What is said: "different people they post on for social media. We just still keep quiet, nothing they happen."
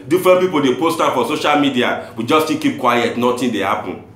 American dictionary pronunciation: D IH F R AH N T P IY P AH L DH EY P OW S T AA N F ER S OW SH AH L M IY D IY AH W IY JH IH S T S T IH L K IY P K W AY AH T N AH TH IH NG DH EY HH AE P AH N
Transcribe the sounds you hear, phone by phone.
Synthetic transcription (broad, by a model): D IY F R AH N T P IY P AH L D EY P OW S T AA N F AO S OW SH AH L M IY D IY AH W IY JH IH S S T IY K IY P K W AY AH T N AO T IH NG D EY HH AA P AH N